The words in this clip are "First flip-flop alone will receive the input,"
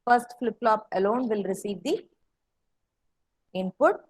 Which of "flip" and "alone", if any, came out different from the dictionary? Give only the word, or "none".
none